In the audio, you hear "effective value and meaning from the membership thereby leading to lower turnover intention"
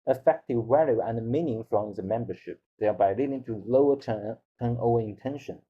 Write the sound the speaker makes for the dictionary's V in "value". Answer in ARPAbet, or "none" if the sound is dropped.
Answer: W